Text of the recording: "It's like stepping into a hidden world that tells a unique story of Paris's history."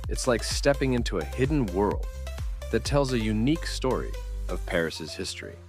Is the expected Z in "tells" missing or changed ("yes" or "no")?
no